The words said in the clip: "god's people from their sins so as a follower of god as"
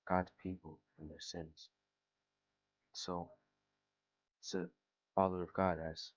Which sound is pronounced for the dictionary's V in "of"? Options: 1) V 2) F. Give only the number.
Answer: 1